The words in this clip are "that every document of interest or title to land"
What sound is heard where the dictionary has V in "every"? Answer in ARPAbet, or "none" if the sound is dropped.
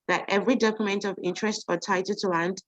V